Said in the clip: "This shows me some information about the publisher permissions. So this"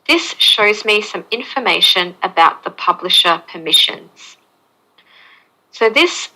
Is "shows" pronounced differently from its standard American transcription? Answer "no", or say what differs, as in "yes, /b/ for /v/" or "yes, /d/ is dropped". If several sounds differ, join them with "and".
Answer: no